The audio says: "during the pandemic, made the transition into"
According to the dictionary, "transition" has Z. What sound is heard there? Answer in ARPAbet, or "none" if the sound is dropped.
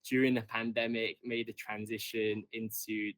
Z